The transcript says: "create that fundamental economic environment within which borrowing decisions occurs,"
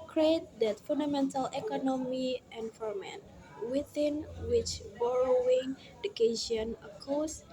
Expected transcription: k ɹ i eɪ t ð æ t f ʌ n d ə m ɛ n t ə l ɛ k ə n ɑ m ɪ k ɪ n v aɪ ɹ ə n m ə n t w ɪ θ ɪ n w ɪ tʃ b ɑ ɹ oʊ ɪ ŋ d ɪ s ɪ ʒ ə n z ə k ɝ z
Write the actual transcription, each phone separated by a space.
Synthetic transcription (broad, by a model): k ɹ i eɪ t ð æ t f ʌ n d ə m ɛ n t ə l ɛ k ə n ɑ m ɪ ɪ n f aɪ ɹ m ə n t w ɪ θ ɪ n w ɪ tʃ b ɑ ɹ oʊ ɪ ŋ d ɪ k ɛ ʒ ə n ə k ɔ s